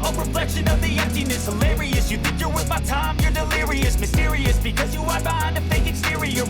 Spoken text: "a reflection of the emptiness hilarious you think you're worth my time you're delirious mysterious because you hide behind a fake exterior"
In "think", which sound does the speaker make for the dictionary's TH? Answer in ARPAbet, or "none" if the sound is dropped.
TH